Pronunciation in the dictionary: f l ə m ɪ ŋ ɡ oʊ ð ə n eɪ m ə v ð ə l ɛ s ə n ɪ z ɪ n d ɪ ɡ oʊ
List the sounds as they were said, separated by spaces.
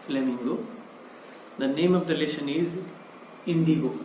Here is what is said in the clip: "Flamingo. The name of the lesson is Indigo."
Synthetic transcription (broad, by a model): l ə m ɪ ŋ ɡ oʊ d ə n eɪ m ə v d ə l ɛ ʃ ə n ɪ z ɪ n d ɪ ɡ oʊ